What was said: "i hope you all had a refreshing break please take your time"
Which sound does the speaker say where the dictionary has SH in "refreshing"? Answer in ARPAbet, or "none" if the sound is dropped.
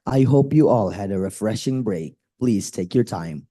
SH